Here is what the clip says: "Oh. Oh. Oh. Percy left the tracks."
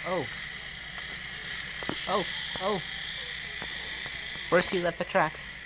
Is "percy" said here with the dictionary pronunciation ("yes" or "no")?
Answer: no